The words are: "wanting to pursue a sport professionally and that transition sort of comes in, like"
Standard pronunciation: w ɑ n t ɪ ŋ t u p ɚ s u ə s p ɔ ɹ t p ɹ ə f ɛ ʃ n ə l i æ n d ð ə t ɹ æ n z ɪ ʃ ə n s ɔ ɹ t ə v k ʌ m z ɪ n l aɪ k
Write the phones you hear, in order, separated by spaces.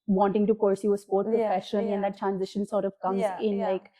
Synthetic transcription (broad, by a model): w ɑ n t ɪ ŋ t u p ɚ s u ə s p ɔ ɹ t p ɹ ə f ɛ ʃ ə n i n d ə t ɹ æ n z ɪ ʃ ə n s ɔ ɹ t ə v k ʌ m z ɪ n l aɪ k